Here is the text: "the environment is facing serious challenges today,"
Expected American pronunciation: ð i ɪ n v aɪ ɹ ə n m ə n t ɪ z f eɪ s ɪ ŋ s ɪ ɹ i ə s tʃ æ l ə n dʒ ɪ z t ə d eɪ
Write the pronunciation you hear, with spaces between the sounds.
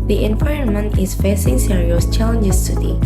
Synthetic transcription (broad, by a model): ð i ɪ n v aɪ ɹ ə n m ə n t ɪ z f eɪ s ɪ ŋ s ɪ ɹ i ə s tʃ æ l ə n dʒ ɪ s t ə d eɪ